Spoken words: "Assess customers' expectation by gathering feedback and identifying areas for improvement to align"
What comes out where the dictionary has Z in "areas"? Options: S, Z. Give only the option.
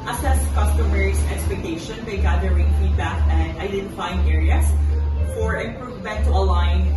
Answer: S